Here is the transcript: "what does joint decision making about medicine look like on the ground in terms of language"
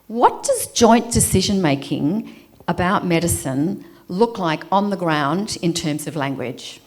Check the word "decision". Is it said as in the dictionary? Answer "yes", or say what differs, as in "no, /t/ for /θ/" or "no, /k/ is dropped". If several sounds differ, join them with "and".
yes